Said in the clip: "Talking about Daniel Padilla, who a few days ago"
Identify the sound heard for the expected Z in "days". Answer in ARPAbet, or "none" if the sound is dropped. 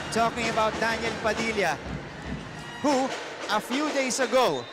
S